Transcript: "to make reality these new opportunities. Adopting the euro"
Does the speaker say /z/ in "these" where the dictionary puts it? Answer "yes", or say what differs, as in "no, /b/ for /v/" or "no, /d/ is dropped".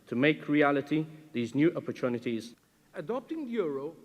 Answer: yes